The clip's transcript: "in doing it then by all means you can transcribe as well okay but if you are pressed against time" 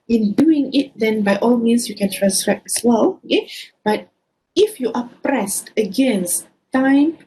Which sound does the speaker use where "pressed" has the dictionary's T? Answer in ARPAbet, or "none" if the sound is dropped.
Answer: T